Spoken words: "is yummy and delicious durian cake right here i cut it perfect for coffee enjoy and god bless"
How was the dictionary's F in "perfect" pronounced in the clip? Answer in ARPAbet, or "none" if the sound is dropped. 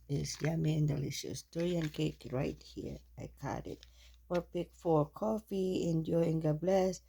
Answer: P